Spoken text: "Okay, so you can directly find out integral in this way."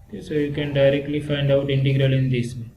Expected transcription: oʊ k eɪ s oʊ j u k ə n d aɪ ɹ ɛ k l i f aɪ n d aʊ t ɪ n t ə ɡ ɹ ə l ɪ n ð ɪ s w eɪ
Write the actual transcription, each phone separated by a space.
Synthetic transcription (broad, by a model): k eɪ s oʊ j u k ə n d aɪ ɹ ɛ k l i f aɪ n d aʊ t ɪ n t ə ɡ ɹ ə l ɪ n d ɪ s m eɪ